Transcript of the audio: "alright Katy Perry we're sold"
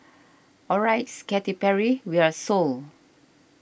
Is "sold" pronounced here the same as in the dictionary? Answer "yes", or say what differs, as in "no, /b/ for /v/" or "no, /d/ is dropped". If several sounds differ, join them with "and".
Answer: no, /d/ is dropped